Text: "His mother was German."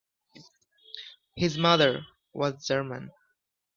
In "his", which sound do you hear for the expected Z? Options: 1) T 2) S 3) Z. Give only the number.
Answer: 3